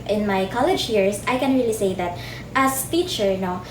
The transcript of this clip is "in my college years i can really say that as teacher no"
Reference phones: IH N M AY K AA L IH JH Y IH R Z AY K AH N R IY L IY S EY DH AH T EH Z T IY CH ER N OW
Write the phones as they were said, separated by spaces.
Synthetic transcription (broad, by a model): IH N M AY K AA L IH JH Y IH R S AY K AH N R IY L IY S EY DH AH T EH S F IY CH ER N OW